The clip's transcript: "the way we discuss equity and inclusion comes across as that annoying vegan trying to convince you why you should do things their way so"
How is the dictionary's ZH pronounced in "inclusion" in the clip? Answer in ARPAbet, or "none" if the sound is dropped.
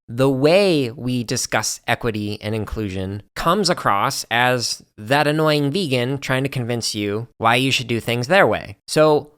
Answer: ZH